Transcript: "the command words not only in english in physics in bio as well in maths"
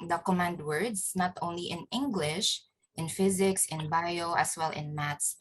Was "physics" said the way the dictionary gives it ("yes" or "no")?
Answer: yes